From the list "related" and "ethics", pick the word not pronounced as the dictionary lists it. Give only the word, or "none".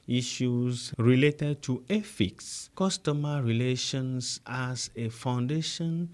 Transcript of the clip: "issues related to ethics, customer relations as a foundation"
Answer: ethics